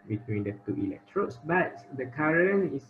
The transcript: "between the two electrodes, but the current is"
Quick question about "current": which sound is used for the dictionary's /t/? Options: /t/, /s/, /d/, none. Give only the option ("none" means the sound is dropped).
none